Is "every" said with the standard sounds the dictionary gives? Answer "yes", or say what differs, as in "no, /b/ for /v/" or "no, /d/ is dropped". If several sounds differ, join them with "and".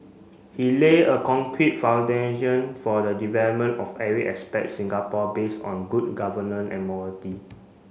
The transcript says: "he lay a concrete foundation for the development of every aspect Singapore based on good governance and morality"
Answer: no, /v/ is dropped